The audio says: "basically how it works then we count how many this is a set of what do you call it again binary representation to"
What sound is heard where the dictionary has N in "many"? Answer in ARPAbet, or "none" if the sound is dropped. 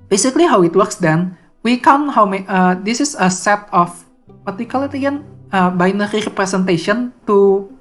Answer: none